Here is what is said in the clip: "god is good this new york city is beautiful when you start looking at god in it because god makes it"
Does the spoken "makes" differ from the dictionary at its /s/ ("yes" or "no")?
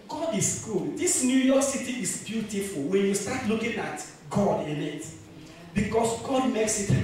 no